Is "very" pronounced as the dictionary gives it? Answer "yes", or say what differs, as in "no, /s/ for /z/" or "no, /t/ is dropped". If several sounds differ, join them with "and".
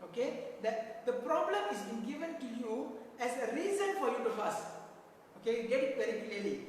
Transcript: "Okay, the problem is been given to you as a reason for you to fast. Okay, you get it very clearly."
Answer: no, /p/ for /v/